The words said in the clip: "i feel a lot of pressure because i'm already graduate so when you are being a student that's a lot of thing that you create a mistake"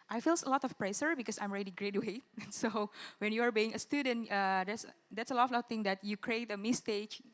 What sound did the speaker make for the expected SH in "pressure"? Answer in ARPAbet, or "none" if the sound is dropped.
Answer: S